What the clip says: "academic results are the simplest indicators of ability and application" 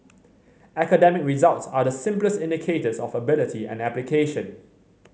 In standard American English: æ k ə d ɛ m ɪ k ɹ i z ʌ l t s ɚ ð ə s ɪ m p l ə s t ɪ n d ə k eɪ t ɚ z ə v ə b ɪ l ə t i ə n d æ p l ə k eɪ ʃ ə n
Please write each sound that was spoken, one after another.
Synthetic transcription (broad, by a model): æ k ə d ɛ m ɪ k ɹ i z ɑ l t s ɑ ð ə s ɪ m p l ə s t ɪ n d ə k eɪ t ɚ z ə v ə b ɪ l ə t i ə n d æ p l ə k eɪ ʃ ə n